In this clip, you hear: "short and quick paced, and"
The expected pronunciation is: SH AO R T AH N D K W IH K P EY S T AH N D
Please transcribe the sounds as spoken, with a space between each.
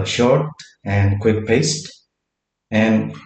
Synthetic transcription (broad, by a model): SH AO R T AH N D K W IH K P EY S T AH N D